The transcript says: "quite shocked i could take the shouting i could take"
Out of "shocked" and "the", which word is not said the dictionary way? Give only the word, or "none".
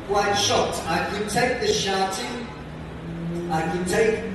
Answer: shocked